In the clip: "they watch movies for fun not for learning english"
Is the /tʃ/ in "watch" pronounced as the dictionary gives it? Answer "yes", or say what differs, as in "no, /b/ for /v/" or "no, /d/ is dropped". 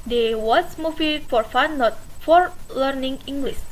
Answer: no, /s/ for /tʃ/